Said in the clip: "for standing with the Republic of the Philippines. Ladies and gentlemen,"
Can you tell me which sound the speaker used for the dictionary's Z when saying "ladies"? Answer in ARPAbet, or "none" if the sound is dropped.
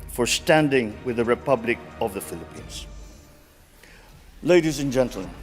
Z